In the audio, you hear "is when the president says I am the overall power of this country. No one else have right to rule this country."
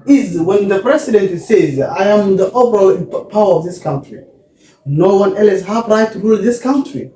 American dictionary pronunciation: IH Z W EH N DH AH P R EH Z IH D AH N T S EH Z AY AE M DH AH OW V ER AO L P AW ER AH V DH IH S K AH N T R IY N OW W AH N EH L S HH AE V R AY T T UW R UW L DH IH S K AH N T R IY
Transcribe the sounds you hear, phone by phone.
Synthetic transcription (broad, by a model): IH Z W EH N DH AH P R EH S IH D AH N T S EH Z AY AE M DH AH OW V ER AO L P AW ER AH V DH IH S K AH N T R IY N OW W AH N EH L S HH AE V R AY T T UW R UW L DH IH S K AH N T R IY